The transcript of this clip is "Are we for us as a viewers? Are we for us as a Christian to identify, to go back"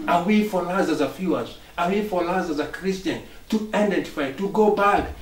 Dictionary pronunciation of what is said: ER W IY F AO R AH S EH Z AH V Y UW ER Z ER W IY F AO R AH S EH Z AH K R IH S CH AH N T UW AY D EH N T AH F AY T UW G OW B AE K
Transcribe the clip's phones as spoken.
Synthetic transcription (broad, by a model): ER W IY F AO L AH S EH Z AH F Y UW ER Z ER W IY F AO L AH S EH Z AH K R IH S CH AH N T UW AY D EH N T AH F AY T UW G OW B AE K